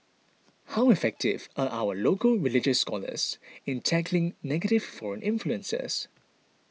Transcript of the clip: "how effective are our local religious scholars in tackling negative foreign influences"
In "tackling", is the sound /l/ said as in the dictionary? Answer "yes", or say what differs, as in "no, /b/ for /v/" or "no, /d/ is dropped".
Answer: yes